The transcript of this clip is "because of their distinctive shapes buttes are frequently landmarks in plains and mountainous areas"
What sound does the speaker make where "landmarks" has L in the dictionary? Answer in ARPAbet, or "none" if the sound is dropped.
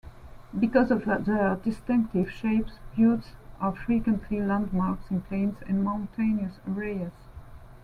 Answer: L